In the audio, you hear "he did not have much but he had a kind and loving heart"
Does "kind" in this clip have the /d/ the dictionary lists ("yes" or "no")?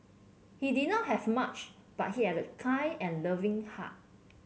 no